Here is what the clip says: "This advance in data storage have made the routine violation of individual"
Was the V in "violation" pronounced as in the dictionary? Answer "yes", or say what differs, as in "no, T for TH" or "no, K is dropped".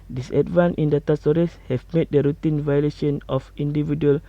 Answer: yes